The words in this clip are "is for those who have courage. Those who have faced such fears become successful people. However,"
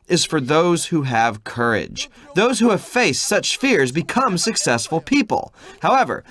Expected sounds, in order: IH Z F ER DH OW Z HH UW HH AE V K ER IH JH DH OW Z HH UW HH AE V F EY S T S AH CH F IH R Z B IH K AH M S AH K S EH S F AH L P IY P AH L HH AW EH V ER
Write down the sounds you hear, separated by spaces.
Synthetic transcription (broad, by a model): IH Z F ER DH OW Z HH UW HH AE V K ER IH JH DH OW Z HH UW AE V F EY S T S AH CH F IH R Z B IH K AH M S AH K S EH S F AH L P IY P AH L HH AW EH V ER